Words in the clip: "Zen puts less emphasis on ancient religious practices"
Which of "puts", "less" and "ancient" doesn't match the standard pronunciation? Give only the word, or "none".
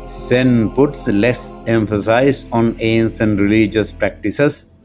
ancient